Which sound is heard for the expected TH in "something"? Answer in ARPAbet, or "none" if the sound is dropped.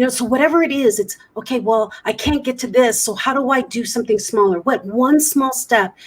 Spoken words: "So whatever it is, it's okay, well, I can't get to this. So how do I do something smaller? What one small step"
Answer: TH